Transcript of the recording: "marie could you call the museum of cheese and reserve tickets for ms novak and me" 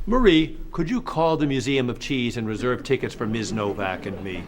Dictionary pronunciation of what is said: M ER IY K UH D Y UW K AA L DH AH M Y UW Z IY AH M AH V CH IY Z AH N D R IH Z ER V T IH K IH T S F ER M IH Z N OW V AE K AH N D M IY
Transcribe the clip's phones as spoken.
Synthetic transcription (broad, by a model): M ER IY K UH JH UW K AA L DH AH M Y UW Z IY AH M AH V CH IY Z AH N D R IH Z ER V T IH K IH T S F ER M IH Z N OW V AE K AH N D M IY